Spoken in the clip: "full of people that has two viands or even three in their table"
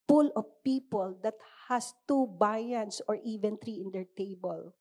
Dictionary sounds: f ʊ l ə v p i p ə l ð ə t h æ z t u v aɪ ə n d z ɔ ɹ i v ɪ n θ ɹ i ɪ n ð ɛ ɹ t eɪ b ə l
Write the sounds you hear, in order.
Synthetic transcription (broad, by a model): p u l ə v p i p ə l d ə t h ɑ s t u b aɪ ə n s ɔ ɹ i v ɪ n t ɹ i ɪ n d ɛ ɹ t eɪ b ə l